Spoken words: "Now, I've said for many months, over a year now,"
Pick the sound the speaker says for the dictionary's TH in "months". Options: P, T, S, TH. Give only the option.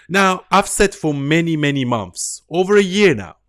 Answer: TH